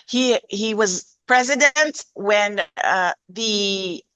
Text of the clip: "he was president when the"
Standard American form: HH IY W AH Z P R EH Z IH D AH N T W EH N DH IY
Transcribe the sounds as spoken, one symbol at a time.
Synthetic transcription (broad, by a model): HH IY W AH Z P R EH Z IH D AH N T W EH N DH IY